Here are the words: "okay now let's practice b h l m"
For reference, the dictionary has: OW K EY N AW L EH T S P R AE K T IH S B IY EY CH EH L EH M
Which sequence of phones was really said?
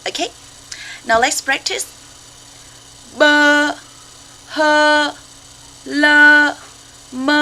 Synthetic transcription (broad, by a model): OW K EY N AW L EH T S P R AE K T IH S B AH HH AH L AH M